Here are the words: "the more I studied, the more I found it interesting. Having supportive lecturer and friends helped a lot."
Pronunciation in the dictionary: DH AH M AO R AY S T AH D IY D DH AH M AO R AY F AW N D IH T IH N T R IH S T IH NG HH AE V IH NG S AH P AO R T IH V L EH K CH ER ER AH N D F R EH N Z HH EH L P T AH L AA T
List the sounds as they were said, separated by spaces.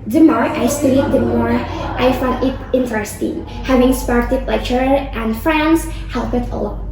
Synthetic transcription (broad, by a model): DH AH M AO R AY S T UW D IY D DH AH M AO R AY F AW N D IH T IH N T R IH S T IH NG HH AE V IH NG S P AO R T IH P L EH CH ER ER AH N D F R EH N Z HH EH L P AH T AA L